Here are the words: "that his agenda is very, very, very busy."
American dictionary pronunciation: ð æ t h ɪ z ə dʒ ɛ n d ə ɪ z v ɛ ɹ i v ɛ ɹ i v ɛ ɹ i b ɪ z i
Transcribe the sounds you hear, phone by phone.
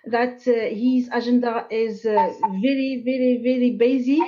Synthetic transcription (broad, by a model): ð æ t h ɪ z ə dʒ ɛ n d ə ɪ z v ɛ ɹ i v ɛ ɹ i v ɛ ɹ i b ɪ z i